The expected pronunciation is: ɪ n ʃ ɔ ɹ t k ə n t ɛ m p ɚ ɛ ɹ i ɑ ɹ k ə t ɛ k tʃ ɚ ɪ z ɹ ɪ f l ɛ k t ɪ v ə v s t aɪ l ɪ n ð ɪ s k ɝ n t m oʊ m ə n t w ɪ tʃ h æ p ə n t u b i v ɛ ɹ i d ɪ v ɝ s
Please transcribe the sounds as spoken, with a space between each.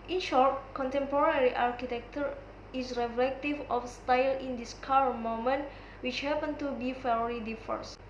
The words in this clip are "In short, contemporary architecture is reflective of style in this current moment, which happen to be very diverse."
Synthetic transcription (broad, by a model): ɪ n ʃ ɔ ɹ t k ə n t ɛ m p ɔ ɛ ɹ i ɑ ɹ k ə t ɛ k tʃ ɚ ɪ s ɹ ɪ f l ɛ k t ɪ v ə f s t aɪ l ɪ n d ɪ s k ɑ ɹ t m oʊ m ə n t w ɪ tʃ h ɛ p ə n t u b i f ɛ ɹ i d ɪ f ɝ s